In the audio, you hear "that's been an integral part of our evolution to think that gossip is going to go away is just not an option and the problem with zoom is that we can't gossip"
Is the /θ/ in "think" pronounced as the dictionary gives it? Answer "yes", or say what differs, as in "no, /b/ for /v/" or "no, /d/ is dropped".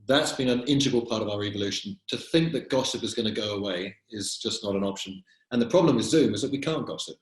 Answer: yes